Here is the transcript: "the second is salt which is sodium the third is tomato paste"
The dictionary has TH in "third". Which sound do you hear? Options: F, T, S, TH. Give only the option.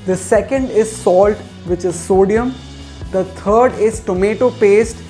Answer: T